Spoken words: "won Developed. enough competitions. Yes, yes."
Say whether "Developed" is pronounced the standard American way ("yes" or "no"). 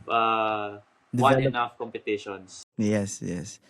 no